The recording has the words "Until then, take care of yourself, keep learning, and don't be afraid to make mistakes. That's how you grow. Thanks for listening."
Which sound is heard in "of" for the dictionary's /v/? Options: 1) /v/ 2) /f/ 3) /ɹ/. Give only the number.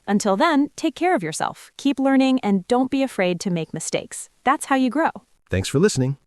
1